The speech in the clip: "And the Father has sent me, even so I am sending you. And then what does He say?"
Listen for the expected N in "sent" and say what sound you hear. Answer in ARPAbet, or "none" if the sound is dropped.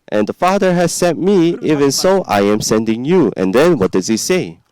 none